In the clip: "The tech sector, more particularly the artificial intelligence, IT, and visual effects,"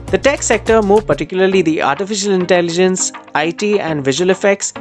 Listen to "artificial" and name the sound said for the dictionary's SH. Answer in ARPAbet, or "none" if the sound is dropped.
SH